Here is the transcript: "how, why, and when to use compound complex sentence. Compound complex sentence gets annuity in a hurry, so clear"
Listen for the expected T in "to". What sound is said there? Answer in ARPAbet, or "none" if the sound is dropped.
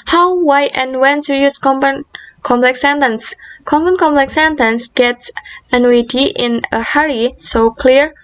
S